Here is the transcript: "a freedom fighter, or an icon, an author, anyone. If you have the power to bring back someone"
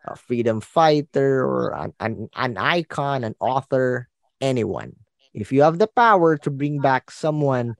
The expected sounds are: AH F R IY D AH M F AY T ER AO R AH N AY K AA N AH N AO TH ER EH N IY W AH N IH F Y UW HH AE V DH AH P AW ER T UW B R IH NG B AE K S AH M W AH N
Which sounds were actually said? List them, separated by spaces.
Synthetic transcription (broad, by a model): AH F R IY D AH M F AY T ER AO R AH N AY K AA N AH N AO TH ER EH N IY W AH N IH F Y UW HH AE V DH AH P AW ER T UW B R IH NG B AE K S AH M W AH N